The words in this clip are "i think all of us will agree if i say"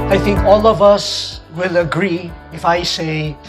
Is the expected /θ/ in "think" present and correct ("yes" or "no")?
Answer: yes